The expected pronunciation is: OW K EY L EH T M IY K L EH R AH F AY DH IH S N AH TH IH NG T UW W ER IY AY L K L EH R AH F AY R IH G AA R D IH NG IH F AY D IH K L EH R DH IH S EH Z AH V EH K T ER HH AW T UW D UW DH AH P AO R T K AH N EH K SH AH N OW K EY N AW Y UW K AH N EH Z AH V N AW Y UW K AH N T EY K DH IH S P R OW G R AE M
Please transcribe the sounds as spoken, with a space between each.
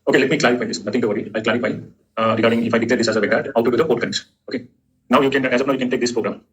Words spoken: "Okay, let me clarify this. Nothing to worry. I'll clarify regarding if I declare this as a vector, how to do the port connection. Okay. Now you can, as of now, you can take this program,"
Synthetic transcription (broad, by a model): OW K EY L EH T M IY K L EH R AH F AY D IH S N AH T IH NG T UW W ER IY AY L K L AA R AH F AY R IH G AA R D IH NG IH F AY D IH K L EH R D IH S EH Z AH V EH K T HH AW T UW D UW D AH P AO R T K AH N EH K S OW K EY N AW Y UW K AH N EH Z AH P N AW Y UW K AH N T EY K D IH S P R OW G R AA M